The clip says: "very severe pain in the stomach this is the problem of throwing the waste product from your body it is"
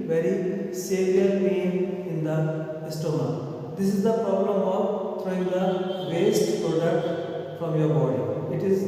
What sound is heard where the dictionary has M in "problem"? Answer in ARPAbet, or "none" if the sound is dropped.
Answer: M